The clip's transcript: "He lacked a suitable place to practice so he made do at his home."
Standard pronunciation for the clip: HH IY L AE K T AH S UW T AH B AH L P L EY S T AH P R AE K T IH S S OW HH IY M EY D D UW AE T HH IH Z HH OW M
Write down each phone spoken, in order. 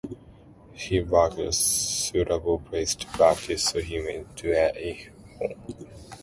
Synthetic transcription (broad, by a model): HH IY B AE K AH S UW T AH B AH L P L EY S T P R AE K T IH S S OW HH IY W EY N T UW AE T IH HH OW M